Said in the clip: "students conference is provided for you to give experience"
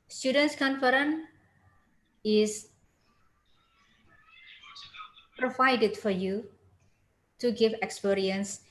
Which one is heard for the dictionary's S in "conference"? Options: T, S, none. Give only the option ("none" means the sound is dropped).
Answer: none